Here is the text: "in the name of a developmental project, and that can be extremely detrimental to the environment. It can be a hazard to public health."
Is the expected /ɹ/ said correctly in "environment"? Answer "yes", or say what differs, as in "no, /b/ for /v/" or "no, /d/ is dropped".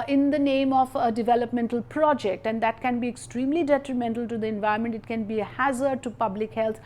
no, /ɹ/ is dropped